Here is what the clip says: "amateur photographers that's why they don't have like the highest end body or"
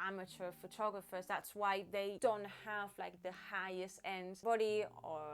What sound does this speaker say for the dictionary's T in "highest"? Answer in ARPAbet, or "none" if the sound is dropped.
T